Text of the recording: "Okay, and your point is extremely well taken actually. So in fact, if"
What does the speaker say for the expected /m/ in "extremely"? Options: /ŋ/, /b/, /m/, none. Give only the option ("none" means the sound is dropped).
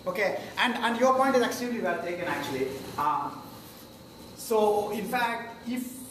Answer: none